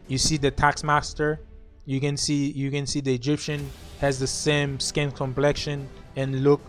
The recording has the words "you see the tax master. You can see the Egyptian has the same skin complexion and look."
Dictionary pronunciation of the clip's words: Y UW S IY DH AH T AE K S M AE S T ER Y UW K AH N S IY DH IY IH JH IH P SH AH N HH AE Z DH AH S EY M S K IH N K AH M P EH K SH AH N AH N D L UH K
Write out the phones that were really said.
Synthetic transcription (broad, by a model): Y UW S IY DH AH T AE K S M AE S T ER Y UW K AH N S IY DH IY IH JH IH P SH AH N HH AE Z DH AH S EY M S K IH N K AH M P EH K SH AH N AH N L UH K